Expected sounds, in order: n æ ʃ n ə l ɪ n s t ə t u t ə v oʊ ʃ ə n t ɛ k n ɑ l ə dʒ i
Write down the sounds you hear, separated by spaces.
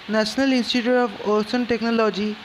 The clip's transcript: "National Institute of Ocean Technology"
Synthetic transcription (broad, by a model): n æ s n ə l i n s t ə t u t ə p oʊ s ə n t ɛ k n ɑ l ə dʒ i